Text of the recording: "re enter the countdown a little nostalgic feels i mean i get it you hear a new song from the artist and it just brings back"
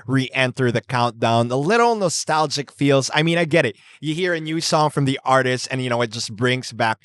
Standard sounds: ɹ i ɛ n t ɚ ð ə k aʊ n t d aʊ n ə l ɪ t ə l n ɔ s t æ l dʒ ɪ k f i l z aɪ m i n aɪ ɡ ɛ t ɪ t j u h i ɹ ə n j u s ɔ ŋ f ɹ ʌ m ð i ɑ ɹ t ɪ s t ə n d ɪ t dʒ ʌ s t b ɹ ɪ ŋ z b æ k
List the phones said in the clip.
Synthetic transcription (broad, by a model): ɹ i ɛ n t ɚ ð ə k aʊ n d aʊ n ə l ɪ t l n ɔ s t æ l dʒ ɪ k f i l z aɪ m i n aɪ ɡ ɛ t ɪ t j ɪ h i ɹ ə n j u s ɔ ŋ f ɹ ʌ m ð i ɑ ɹ t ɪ s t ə n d ɪ t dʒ ʌ s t b ɹ ɪ ŋ z b æ k